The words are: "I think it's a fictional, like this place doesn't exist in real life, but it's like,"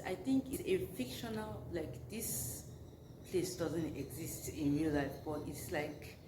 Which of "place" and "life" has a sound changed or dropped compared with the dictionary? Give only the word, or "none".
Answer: none